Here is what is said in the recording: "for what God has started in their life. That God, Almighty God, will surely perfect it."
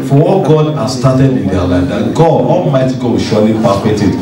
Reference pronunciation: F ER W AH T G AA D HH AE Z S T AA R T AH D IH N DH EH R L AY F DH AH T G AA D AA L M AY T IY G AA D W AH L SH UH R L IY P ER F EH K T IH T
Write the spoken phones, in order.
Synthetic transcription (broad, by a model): F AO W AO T G AA D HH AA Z S T AA T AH D IH N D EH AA L AY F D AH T G AA D AA L M AY T IY G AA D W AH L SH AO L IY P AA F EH T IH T